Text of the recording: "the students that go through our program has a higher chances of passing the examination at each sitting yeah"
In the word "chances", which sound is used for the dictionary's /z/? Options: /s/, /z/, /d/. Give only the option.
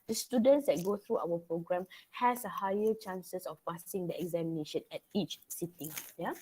/s/